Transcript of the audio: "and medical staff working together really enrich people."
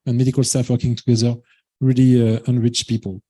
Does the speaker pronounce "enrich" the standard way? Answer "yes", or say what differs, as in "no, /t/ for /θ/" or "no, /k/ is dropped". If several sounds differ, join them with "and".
yes